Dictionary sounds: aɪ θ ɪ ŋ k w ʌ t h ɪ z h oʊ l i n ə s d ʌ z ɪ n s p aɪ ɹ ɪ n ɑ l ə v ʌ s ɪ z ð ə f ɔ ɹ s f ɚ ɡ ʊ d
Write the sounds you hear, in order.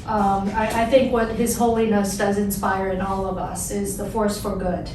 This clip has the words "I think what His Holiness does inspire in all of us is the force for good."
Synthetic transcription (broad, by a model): aɪ θ ɪ ŋ k w ʌ t h ɪ z h oʊ l i n ə s d ʌ z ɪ n s p aɪ ɹ ɪ n ɑ l ə v ʌ s ɪ z ð ə f ɔ ɹ s f ɚ ɡ ʊ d